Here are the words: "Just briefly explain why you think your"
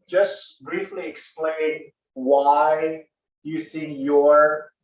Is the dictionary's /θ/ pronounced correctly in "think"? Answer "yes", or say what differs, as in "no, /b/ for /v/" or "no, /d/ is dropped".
no, /s/ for /θ/